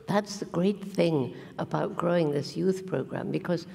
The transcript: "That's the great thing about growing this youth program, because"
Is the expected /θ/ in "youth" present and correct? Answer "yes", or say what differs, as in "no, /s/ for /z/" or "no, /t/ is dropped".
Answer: yes